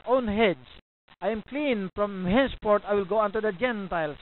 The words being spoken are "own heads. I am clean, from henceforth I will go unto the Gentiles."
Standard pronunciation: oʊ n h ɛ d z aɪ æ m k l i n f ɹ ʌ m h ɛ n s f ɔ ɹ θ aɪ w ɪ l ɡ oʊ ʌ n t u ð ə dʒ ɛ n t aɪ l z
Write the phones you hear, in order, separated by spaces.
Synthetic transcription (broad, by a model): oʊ n h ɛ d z aɪ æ m k l i n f ɹ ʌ m h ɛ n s p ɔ ɹ t aɪ w ɪ l ɡ oʊ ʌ n t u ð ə dʒ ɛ n t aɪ l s